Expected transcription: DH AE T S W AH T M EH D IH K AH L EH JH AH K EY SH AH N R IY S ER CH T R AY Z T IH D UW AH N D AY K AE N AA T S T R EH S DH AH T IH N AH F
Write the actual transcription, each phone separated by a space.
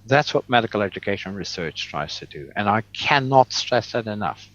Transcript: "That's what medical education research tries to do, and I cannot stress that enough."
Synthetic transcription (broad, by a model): DH AE T S W AH T M EH D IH K L EH JH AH K EY SH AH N R IY S ER CH T R AY Z T IH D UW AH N AY K AE N AA T S T R EH S DH AH T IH N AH F